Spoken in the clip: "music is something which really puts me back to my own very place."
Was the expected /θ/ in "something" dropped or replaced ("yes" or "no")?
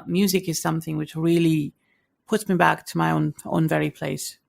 no